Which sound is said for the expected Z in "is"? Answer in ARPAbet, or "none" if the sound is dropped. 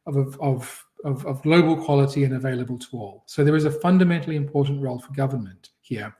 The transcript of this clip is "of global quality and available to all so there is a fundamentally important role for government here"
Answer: Z